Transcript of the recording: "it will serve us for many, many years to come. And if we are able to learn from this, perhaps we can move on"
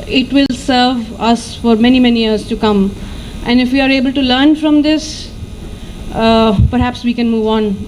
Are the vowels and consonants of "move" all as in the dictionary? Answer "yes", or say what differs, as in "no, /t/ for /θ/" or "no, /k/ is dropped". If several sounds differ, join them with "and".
yes